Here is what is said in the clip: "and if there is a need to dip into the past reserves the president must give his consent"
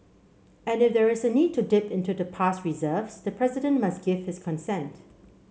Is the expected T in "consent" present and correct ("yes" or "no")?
yes